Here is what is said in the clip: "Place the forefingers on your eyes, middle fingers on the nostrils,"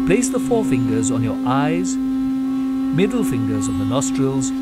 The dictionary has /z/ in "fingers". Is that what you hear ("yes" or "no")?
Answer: yes